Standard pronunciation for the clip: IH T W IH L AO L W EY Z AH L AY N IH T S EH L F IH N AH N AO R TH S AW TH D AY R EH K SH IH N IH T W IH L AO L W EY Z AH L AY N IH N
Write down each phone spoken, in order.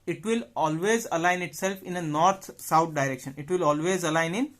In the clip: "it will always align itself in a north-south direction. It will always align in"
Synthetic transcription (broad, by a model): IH T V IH L AO L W EY Z AH L AY N IH T S EH L F IH N AH N AO R T S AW T D AY R EH K SH IH N IH T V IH L AO L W EY Z AH L AY N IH N